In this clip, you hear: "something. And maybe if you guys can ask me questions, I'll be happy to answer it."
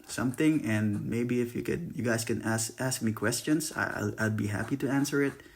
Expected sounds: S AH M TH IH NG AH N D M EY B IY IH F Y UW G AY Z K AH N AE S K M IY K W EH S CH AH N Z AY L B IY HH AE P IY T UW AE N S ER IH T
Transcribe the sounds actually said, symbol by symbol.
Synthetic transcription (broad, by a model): S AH M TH IH NG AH N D M EY B IY IH F Y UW G AY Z K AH N AE S K M IY K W EH S CH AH N S AY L B IY HH AE P IY T UW AE N S ER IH T